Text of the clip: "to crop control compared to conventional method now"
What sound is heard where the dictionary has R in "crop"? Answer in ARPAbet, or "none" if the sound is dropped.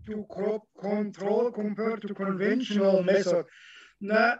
none